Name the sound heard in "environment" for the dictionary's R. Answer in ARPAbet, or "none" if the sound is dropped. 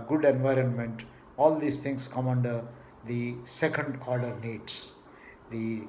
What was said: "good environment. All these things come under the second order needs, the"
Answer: R